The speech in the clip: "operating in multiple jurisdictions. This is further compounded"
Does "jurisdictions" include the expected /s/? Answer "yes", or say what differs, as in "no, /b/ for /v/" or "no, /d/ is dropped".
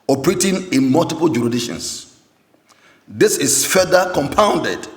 no, /s/ is dropped